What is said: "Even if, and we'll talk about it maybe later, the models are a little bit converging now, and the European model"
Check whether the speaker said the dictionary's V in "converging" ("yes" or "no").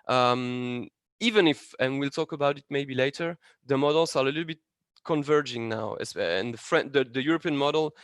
yes